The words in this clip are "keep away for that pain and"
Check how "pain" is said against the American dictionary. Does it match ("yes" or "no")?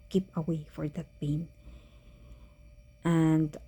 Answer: no